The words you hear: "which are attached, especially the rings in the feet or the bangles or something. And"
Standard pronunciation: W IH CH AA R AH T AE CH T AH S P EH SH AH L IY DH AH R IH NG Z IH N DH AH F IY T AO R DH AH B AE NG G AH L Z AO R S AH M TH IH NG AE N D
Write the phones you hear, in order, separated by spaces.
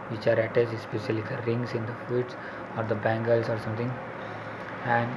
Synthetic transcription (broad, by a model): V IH CH AA R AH T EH S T S P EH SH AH L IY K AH R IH NG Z IH N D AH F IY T AO R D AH B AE NG G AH L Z AO R S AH M T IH NG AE N D